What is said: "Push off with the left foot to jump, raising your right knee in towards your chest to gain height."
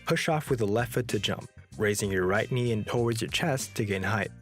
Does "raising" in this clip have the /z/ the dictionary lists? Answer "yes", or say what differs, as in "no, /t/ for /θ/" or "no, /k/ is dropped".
yes